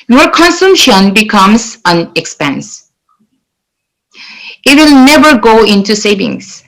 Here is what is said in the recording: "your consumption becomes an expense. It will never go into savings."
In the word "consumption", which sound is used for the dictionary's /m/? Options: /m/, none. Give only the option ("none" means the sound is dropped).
/m/